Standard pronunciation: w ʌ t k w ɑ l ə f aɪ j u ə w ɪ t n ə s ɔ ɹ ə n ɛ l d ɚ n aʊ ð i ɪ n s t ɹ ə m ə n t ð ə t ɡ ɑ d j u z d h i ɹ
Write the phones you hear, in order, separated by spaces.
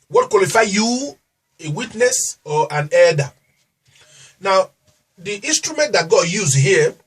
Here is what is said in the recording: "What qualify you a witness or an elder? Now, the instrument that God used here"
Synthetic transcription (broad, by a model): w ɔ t k w ɑ l ə f aɪ j u ə w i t n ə s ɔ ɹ ə n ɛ d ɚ n aʊ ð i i n s t ɹ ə m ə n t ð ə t ɡ ɑ d j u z h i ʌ